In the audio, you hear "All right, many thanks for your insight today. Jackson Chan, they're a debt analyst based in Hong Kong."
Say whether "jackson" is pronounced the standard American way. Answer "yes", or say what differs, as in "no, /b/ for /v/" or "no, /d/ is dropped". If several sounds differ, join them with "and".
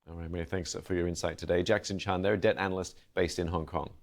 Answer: yes